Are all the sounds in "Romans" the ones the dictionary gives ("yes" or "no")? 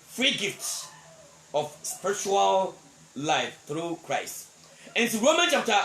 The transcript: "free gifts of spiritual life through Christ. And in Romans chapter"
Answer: no